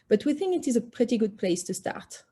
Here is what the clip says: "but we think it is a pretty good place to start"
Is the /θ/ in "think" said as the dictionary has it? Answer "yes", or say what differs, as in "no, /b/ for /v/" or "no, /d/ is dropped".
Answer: yes